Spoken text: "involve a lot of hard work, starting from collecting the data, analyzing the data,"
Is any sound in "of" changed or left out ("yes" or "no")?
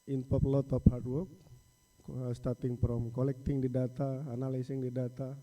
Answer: yes